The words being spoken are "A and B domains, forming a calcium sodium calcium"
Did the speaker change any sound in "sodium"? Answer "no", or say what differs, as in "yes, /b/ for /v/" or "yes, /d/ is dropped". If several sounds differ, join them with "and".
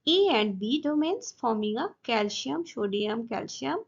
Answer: yes, /ʃ/ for /s/